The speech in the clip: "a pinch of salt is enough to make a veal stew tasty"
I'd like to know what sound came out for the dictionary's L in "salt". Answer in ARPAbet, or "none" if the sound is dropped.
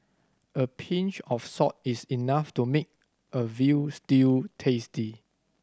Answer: none